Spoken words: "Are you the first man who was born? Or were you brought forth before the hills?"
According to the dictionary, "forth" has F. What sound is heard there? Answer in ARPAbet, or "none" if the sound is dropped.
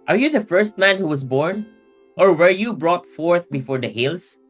F